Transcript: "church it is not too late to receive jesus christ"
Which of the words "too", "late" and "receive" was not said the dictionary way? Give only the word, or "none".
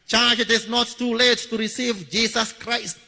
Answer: none